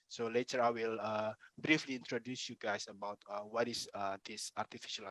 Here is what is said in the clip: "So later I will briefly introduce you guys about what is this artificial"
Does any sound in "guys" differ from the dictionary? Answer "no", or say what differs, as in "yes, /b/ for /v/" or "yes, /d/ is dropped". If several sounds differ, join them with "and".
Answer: yes, /s/ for /z/